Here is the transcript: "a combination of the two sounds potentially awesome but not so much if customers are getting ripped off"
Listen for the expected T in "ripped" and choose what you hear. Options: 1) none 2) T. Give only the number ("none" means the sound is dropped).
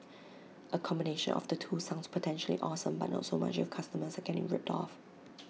2